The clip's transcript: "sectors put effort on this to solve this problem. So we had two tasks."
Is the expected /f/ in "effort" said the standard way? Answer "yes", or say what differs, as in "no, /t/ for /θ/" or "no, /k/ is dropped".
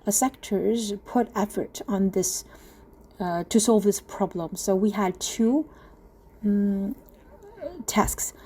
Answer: yes